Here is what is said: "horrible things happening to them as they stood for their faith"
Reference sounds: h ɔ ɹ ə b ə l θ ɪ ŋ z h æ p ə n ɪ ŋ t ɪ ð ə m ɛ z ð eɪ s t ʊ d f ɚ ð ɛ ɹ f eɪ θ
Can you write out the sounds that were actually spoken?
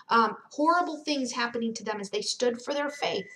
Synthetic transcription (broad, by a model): h ɔ ɹ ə b l θ ɪ ŋ z h æ p ə n ɪ ŋ t ɪ ð ə m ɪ z ð eɪ s t ʊ d f ɚ ð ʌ ɹ f eɪ θ